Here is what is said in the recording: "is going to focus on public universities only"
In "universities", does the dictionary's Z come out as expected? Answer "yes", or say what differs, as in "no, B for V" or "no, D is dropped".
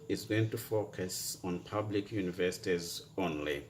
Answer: yes